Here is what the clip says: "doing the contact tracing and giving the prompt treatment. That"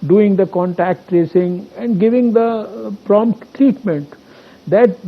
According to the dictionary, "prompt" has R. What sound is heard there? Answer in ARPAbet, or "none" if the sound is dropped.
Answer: R